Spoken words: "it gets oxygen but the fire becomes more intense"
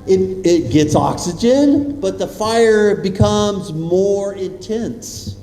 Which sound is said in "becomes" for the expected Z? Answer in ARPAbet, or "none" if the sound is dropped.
Z